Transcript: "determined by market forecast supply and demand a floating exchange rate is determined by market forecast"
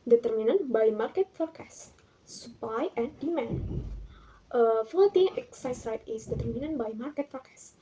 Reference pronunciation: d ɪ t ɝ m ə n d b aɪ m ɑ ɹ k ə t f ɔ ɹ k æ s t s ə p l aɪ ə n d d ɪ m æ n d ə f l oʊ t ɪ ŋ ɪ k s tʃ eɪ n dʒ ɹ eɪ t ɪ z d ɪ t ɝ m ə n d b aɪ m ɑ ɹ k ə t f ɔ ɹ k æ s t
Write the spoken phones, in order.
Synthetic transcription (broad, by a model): d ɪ t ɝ m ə n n b aɪ m ɑ ɹ k ə t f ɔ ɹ k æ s s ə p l aɪ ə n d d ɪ m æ n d ə f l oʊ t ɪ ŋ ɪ k s ɑ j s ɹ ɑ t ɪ s d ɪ t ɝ m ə n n b aɪ m ɑ ɹ k ə t f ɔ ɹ k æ s